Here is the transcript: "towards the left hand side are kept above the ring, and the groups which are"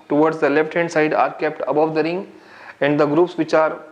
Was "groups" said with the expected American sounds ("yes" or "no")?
yes